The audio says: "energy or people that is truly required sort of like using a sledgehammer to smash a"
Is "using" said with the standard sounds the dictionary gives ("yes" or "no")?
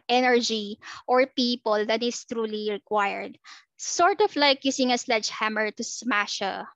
no